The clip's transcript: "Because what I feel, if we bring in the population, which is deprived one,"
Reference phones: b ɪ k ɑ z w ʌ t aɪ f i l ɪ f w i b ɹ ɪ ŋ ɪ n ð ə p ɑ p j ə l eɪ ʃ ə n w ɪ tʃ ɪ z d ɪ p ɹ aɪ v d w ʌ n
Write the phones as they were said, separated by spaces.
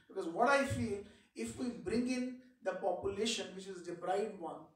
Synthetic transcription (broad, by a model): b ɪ k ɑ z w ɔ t aɪ f i l ɪ f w i b ɹ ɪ ŋ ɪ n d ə p ɑ p j ə l eɪ ʃ ə n w ɪ tʃ ɪ z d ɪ b ɹ aɪ d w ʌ n